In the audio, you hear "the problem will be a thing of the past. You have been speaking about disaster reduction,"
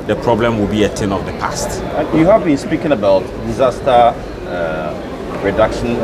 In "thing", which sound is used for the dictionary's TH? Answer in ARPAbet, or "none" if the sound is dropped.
T